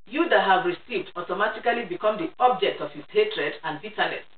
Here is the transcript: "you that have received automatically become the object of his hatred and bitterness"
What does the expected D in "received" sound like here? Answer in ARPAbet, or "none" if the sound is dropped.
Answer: D